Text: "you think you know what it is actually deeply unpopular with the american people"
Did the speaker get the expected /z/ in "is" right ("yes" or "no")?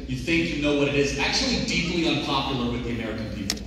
yes